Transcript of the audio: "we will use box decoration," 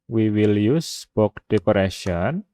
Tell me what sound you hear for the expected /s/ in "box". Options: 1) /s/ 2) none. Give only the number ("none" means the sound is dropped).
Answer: 2